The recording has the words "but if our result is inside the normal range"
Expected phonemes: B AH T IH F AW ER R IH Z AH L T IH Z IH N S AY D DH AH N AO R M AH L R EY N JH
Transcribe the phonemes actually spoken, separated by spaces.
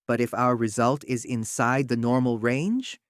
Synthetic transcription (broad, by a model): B AH T IH F AW ER R IH Z AH L T IH Z IH N S AY D DH AH N AO R M L R EY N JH